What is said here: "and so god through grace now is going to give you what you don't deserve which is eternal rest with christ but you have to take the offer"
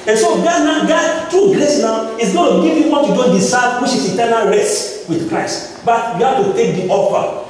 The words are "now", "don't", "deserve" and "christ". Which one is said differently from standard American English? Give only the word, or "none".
deserve